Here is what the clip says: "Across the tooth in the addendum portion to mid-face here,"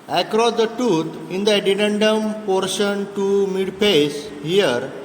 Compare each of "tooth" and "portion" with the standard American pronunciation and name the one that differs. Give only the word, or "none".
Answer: tooth